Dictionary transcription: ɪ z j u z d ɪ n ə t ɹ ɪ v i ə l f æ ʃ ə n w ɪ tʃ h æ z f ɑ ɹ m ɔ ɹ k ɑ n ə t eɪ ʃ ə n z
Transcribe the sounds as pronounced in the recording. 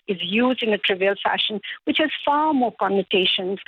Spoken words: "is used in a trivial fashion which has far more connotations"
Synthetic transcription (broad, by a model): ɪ z j u z d ɪ n ə t ɹ ɪ v i ə l f æ ʃ ə n w ɪ tʃ h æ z f ɑ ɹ m ɔ ɹ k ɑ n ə t eɪ ʃ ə n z